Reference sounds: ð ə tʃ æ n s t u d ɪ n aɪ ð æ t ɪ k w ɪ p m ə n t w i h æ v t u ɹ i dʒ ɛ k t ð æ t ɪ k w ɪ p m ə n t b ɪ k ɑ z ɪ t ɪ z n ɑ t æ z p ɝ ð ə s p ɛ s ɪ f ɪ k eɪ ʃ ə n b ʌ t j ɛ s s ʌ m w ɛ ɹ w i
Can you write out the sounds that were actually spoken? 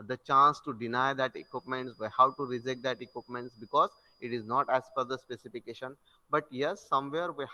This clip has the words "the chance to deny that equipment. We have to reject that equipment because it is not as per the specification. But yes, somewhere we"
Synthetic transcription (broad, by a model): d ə tʃ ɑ n s t u d ɪ n aɪ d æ t ɪ k w ɪ p m ə n t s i h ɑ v t u ɹ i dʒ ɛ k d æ t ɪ k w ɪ p m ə n t b ɪ k ɑ z ɪ t ɪ z n ɑ t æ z f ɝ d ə s p ɛ s ɪ f ɪ k eɪ ʃ ə n b ʌ t j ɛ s s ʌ m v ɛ ɹ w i